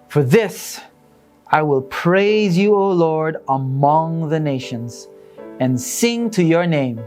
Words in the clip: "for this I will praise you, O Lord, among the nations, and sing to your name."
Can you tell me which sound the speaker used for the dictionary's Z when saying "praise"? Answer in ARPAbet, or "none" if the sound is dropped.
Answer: Z